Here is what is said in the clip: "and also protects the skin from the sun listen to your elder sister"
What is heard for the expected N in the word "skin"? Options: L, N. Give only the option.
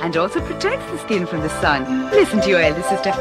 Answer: N